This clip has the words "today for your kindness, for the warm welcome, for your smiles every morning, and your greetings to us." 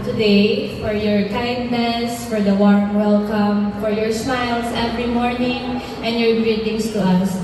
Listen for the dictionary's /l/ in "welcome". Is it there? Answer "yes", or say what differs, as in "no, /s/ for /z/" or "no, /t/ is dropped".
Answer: yes